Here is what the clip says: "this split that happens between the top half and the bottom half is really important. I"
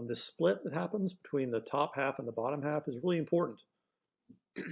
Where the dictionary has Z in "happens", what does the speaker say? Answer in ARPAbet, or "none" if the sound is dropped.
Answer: Z